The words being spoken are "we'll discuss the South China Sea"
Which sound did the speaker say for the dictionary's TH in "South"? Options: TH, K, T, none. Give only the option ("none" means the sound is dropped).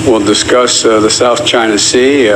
TH